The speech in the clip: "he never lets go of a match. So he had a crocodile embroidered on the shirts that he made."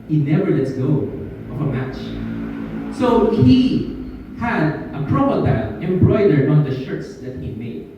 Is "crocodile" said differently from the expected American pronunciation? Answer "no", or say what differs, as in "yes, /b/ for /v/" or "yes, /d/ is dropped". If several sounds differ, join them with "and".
yes, /n/ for /l/